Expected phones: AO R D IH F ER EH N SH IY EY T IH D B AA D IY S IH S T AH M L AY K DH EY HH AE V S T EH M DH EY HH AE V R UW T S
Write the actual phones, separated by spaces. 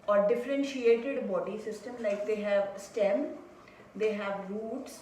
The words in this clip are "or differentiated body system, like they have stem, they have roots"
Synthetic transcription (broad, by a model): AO R D IH F ER EH N SH IY EY T IH D B AA D IY S IH S T AH M L AY K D EY HH AE V S T EH M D EY HH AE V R UW T S